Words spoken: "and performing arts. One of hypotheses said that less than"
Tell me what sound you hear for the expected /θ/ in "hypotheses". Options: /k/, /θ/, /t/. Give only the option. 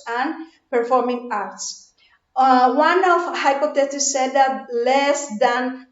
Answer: /t/